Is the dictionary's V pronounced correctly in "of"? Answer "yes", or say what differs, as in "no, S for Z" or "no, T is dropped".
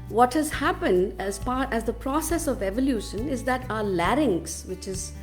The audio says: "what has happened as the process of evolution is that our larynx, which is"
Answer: yes